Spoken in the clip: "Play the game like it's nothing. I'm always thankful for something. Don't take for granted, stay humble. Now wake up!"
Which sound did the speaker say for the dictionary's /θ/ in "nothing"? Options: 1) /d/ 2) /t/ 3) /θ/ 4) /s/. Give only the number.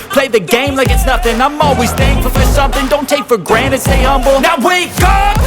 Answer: 3